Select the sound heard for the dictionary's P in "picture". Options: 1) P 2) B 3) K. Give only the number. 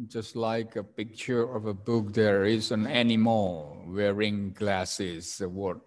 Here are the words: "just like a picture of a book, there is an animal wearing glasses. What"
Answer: 1